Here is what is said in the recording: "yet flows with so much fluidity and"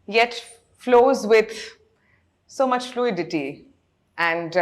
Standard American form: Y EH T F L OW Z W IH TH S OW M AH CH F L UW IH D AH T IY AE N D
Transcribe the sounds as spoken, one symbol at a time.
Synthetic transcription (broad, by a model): Y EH T F L OW Z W IH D S OW M AH CH F L UW IH D AH T IY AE N D